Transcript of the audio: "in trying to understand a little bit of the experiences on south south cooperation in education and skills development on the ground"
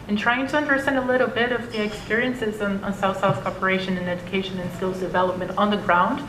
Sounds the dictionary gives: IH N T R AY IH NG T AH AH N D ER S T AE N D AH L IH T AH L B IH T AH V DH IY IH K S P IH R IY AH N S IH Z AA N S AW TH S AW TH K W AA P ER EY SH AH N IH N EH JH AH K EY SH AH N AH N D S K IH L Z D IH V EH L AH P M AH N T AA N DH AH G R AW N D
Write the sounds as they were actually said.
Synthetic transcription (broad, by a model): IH N T R AY IH NG T AH AH N D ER S T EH N D AH L IH T L B IH T AH V DH IY IH K S P IH R IY AH N S IH Z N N S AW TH S AW TH K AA P ER EY SH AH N IH N EH JH AH K EY SH AH N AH N S K IH L Z D IH V EH L AH P M AH N T N DH AH G R AW N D